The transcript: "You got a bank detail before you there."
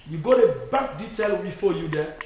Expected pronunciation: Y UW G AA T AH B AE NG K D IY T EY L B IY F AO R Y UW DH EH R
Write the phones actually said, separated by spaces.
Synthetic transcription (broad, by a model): Y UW G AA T AH B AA K D IY T EY L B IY F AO Y UW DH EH